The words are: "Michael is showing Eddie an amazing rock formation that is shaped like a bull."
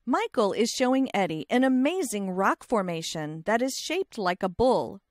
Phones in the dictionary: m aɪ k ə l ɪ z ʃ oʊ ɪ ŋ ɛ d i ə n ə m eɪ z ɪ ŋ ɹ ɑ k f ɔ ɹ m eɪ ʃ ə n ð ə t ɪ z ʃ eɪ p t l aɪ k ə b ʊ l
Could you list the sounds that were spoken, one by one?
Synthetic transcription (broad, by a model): m aɪ k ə l ɪ z ʃ oʊ ɪ ŋ ɛ d i ə n ə m eɪ z ɪ ŋ ɹ ɑ k f ɔ ɹ m eɪ ʃ ə n ð ə t ɪ z ʃ eɪ p t l aɪ k ə b ʊ l